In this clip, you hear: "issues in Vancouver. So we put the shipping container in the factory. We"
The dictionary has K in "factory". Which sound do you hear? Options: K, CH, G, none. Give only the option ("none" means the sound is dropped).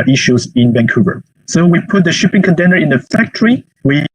K